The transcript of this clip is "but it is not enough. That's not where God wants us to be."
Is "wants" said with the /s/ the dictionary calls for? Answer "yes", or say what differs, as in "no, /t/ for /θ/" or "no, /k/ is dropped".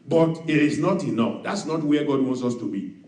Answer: yes